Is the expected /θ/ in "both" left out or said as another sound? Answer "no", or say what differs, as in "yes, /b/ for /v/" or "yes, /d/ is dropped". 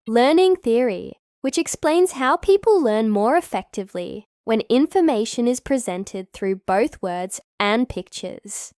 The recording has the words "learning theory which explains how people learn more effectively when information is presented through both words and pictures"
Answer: no